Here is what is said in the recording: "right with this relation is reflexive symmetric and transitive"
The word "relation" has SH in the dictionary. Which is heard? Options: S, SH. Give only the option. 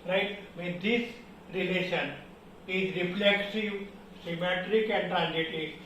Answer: SH